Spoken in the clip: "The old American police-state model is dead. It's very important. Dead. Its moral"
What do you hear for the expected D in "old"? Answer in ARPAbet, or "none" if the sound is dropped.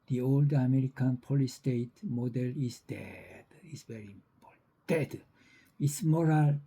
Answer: D